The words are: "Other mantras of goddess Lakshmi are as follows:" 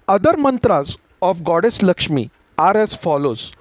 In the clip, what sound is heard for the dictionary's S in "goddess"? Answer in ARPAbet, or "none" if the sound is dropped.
S